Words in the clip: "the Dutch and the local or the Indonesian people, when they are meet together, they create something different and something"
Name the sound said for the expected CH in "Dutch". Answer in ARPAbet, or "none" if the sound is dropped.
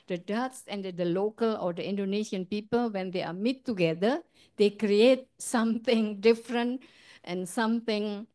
S